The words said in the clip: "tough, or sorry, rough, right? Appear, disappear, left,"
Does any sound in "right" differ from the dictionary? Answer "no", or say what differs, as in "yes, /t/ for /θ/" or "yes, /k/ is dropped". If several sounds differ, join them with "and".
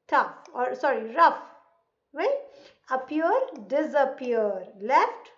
yes, /t/ is dropped